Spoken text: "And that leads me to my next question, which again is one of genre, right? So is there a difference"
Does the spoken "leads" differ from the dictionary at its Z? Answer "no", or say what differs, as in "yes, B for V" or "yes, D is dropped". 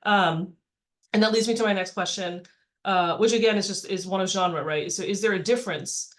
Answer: no